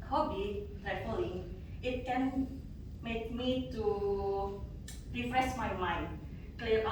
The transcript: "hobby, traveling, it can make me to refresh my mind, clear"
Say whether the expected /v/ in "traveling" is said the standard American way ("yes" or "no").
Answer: no